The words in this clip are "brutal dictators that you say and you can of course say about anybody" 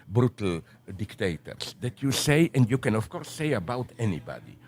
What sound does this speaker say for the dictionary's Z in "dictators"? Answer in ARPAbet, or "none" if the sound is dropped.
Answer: S